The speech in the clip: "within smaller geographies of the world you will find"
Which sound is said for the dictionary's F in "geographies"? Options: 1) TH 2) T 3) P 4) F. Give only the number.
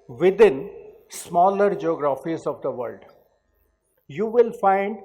4